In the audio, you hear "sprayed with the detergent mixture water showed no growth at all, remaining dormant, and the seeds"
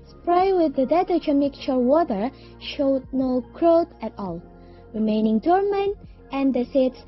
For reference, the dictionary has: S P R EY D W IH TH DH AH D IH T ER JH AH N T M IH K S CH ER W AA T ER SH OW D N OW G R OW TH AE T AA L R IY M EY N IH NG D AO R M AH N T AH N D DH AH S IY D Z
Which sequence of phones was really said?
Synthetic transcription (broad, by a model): S P R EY W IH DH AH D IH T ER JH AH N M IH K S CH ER W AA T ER SH OW D N OW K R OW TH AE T AA L R IY M EY N IH NG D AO R M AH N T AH N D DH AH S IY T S